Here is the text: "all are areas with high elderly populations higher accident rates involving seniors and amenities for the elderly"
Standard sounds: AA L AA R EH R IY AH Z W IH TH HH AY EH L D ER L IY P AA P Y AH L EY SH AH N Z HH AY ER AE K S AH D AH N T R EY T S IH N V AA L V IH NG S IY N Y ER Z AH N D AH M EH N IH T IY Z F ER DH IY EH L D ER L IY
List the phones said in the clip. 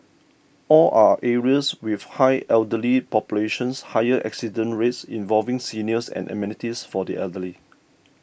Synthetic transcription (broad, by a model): AA L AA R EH R IY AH S W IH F HH AY EH L D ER L IY P AA P Y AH L EY SH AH N S HH AY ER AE K S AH D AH N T R EY T S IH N V AA L V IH NG S IY N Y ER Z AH N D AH M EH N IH T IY S F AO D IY EH L D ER L IY